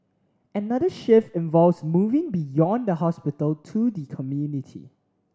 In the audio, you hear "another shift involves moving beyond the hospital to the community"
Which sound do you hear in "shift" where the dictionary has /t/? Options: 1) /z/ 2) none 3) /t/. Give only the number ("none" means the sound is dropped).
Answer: 2